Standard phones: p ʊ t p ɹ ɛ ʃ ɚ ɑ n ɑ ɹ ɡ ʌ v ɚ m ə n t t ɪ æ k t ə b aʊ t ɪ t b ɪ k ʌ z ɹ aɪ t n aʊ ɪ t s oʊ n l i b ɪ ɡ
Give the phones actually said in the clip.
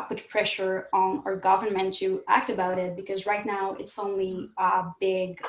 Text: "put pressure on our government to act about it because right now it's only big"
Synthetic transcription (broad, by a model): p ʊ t p ɹ ɛ ʃ ɚ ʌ n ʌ ɹ ɡ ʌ v ɚ m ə n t t ɪ æ k t ə b aʊ t ɪ t b ɪ k ʌ z ɹ aɪ t n aʊ ɪ t s oʊ n l i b ɪ ɡ